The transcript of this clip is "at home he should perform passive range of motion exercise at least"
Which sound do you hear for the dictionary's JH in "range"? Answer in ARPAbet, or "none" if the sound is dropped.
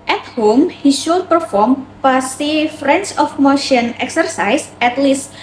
CH